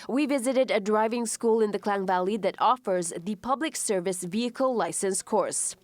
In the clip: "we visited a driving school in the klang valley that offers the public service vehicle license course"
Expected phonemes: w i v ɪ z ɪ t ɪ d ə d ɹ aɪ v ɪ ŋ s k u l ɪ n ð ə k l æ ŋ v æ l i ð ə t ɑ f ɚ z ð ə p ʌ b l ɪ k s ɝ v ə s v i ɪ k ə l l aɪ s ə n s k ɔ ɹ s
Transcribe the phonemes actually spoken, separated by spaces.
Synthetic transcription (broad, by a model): w i v ɪ z ɪ t ɪ d ə d ɹ aɪ v ɪ ŋ s k u l ɪ n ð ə k l æ ŋ v æ l i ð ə t ɑ f ɚ z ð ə p ʌ b l ɪ k s ɝ v ə s v i ɪ k ə l l aɪ s ə n s k ɔ ɹ s